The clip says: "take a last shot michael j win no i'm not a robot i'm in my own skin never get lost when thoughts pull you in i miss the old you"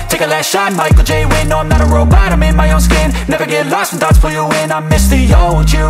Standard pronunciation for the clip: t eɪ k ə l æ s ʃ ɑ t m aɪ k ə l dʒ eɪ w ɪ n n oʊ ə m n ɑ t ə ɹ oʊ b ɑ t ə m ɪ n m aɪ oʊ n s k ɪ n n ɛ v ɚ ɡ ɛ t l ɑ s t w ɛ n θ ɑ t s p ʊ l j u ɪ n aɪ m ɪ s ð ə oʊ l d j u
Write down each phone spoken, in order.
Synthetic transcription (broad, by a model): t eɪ k ə l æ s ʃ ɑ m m aɪ k l dʒ eɪ w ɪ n n oʊ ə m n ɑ t ə ɹ oʊ b ɑ t ə m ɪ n m aɪ oʊ n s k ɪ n n ɛ v ɚ ɡ ɛ t l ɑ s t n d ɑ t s f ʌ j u ɪ n aɪ m ɪ s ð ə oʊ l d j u